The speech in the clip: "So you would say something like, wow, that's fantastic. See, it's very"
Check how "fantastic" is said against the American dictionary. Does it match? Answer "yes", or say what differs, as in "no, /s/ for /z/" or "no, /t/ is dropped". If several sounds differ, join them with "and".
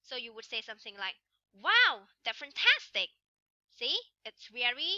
yes